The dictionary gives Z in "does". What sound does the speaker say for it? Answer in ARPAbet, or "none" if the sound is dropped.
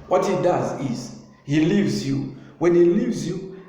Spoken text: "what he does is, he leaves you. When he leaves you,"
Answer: Z